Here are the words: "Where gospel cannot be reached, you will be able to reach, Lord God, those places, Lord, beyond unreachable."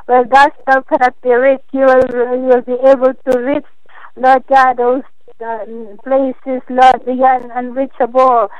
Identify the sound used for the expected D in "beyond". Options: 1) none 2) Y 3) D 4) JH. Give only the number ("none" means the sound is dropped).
1